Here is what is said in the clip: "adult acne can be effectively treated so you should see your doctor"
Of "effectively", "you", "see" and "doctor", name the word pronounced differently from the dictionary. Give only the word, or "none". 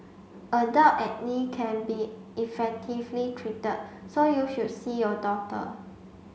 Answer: doctor